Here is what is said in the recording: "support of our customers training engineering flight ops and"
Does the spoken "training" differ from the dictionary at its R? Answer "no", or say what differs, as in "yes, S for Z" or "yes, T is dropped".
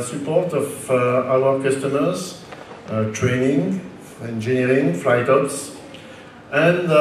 no